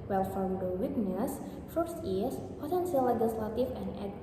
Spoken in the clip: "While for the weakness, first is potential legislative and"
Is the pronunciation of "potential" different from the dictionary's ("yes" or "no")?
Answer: yes